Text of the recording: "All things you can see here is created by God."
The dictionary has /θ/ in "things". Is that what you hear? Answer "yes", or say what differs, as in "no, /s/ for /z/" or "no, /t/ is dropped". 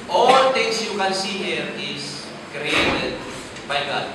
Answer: no, /t/ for /θ/